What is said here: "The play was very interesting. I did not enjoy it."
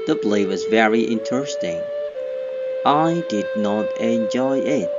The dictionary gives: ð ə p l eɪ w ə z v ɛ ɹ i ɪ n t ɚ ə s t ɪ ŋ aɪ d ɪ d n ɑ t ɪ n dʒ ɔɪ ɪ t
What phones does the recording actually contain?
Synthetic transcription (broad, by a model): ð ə b l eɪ w ə z v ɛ ɹ i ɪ n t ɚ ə s t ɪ ŋ aɪ d ɪ d n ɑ t ɪ n dʒ ɔɪ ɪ t